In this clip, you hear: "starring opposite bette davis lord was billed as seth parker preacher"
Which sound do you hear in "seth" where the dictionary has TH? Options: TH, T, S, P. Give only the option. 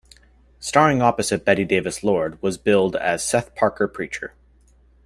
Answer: TH